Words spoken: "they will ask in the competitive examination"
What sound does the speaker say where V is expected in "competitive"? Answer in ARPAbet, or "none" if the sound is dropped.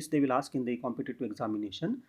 none